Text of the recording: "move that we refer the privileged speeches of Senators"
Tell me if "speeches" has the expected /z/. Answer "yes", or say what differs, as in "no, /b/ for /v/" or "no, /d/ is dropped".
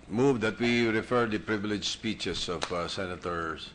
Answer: no, /s/ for /z/